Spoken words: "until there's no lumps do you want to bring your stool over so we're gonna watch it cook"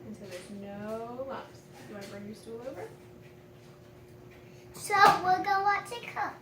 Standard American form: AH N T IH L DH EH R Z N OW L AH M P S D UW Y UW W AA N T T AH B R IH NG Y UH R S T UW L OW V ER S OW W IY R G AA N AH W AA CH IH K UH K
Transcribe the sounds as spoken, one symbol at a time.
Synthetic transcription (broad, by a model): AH N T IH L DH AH R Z N OW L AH P S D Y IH W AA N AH B R IH NG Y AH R S T UW L OW V ER S OW W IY L G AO AH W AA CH IH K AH